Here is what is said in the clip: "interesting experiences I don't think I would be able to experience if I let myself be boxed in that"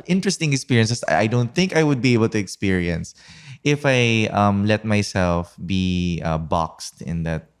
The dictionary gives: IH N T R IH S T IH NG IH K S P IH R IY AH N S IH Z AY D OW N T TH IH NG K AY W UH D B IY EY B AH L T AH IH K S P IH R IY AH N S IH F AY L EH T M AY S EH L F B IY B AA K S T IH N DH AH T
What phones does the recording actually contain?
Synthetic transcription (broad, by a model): IH N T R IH S T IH NG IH K S P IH R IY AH N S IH S AY D OW N T TH IH NG K AY W UH D B IY EY B AH L T AH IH K S P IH R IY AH N S IH F AY L EH T M AY S EH L F B IY B AA K S T IH N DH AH T